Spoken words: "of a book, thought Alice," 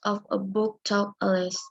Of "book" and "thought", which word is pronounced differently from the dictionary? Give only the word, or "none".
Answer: thought